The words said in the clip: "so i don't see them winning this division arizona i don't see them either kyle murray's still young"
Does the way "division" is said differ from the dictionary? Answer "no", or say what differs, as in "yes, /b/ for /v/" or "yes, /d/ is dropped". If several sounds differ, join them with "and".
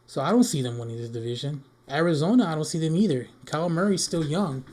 no